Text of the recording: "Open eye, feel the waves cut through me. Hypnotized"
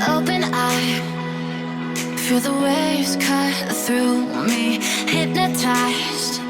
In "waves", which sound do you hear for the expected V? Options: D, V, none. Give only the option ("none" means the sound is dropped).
none